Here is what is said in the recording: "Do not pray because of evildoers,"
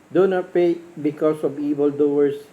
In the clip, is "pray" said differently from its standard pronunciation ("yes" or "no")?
yes